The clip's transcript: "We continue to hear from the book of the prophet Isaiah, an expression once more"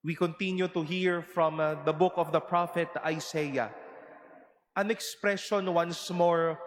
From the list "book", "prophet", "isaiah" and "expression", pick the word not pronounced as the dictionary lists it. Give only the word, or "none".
isaiah